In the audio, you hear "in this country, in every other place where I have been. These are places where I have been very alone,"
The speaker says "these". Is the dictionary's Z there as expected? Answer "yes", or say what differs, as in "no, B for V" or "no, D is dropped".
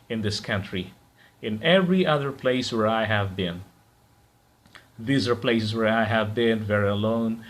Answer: yes